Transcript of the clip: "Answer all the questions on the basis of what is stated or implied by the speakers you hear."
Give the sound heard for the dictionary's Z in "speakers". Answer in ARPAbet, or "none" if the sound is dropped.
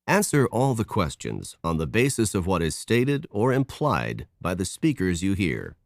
Z